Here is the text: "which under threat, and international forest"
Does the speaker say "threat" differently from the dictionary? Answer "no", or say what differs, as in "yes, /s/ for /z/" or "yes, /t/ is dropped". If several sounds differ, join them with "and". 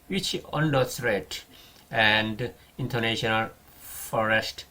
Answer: yes, /s/ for /θ/